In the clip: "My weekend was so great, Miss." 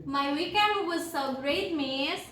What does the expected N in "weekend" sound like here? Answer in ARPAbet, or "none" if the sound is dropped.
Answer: none